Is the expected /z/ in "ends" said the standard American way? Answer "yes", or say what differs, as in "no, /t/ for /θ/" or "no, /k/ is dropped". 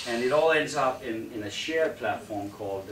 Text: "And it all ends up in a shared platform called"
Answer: yes